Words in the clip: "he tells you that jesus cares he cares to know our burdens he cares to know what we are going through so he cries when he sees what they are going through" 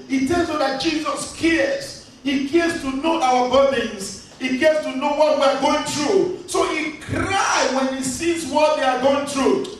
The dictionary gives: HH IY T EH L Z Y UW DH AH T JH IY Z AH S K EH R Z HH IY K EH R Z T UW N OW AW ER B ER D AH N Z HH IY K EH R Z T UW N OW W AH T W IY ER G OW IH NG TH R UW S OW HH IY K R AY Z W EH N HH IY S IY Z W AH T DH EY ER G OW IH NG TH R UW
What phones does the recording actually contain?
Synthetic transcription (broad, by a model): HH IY T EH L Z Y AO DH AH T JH IY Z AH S K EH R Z HH IY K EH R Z T UW N OW AW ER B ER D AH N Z HH IY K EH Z T UW N OW W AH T W IY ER G OW IH NG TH R UW S OW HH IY K R AY W EH N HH IY S IY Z W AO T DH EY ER G OW IH NG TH R UW